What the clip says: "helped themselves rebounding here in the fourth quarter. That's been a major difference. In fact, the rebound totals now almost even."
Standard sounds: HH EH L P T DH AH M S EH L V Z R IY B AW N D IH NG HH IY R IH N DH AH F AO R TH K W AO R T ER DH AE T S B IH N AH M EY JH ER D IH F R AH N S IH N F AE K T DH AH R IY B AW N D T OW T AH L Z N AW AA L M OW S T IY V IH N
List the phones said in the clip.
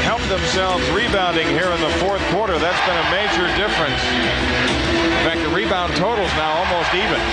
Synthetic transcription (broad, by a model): HH EH L P DH AH M S EH L V Z R IY B AW N D IH NG HH IY R IH N DH AH F AO R TH K W AO R T ER DH AE T S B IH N AH M EY JH ER D IH F R AH N S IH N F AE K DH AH R IY B AW N T OW T L Z N AW AA L M OW S T IY V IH N